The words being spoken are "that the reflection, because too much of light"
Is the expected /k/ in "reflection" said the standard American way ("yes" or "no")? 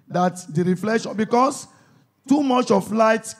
no